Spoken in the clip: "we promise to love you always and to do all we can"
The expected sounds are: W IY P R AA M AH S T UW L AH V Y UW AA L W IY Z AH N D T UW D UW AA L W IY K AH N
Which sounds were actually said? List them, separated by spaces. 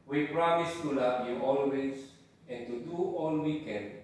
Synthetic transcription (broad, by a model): W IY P R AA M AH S T UW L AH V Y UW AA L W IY S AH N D T UW D UW AA L W IY K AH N